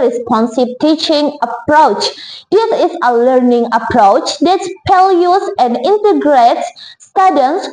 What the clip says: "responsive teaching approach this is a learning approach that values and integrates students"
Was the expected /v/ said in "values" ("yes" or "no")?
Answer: no